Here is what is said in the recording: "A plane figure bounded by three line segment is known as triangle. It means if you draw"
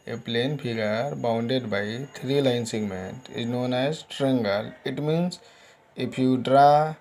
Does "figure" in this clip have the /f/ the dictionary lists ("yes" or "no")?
no